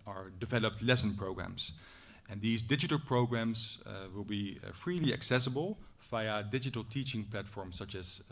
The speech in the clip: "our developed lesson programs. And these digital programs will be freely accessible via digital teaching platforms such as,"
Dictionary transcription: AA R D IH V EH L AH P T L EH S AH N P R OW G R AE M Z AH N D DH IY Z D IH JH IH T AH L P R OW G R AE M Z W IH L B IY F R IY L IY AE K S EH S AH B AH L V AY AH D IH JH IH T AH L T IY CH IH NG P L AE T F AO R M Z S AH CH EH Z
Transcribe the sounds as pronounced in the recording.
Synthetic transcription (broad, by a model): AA R D IH V EH L AH P T L EH S AH N P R OW G R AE M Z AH N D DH IY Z D IH JH IH T AH L P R OW G R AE M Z W IH L B IY F R IY L IY AE K S EH S AH B AH L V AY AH D IH JH IH T AH L T IY CH IH NG P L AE T F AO R M S AH CH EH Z